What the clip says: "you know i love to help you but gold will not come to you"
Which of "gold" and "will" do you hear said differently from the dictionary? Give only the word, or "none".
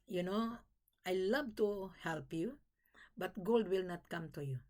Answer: none